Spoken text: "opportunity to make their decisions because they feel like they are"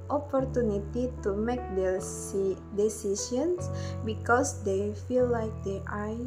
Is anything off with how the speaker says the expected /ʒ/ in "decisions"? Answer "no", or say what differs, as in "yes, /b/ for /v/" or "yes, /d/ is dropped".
yes, /s/ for /ʒ/